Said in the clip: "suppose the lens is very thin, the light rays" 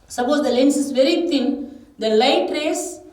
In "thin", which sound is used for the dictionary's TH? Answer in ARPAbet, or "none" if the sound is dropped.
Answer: T